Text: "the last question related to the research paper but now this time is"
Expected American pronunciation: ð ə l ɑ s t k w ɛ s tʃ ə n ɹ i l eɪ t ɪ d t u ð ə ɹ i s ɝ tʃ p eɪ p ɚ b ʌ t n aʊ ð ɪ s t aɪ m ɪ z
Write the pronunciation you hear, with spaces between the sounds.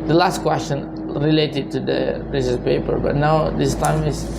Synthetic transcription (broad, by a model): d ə l ɑ s t k w ɛ s tʃ ə n ɹ i l eɪ t ɪ d t u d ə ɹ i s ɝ s p eɪ p ɚ b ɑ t n aʊ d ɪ s t aɪ m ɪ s